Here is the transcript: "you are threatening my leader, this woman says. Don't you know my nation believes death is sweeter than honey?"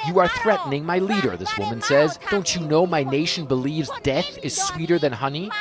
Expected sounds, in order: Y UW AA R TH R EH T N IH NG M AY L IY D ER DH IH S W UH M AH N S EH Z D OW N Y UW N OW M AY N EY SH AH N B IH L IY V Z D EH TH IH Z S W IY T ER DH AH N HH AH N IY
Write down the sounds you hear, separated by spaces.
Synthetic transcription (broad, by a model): Y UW AA R TH R EH T N IH NG M AY L IY D ER DH IH S W UH M AH N S EH Z D OW N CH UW N OW M AY N EY SH AH N B IH L IY V Z D EH TH IH Z S W IY T ER DH AH N HH AH N IY